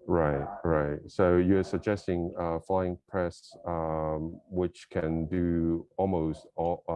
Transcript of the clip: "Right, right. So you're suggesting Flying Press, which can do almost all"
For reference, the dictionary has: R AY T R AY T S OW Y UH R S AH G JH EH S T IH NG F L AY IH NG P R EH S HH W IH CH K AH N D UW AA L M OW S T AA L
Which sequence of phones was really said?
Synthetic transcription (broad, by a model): R AY T R AY T S OW Y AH R S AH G JH EH S T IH NG F L AY IH NG P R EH S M W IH CH K AH N D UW AA L M OW S T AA